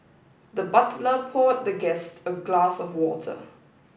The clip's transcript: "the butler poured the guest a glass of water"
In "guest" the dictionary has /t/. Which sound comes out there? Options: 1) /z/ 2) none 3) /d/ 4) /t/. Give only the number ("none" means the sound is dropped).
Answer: 4